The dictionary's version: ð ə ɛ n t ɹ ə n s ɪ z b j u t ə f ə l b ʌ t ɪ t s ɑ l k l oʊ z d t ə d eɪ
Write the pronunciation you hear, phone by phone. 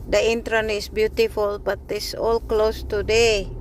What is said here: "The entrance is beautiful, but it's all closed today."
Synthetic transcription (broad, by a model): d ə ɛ n t ɹ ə n ɪ s b j u t ə f ə l b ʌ t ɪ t s ɑ l k l oʊ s t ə d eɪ